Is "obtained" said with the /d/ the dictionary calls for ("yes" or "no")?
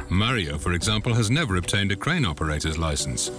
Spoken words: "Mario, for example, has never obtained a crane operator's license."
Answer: yes